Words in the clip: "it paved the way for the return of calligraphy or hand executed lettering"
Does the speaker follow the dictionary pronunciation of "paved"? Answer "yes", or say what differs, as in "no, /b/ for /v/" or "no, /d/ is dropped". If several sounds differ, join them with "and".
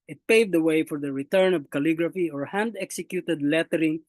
yes